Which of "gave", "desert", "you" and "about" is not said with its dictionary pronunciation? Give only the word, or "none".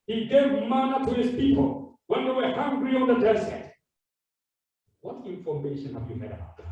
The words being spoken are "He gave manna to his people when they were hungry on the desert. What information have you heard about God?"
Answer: desert